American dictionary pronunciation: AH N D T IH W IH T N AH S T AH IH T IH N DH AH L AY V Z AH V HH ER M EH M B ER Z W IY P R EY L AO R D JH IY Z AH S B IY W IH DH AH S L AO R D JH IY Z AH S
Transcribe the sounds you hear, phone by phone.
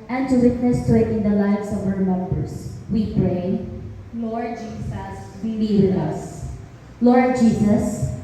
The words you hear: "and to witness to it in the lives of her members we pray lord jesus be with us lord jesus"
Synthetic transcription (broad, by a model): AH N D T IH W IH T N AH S T AH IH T IH N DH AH L AY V S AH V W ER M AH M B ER S W IY P R EY L AO R D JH IY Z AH S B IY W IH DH AH S L AO R D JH IY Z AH S